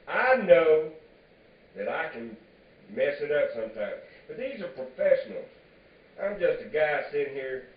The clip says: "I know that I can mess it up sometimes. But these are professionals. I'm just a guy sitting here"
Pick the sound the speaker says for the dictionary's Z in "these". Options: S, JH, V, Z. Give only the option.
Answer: Z